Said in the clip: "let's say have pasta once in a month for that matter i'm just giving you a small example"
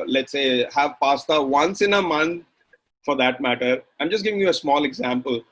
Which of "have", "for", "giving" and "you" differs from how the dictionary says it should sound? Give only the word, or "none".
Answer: none